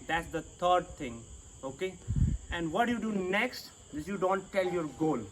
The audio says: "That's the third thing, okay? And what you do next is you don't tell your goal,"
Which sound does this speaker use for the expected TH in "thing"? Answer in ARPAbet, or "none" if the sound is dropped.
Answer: T